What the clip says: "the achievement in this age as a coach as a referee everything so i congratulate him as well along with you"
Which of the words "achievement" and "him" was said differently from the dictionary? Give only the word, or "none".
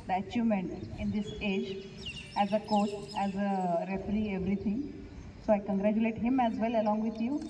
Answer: achievement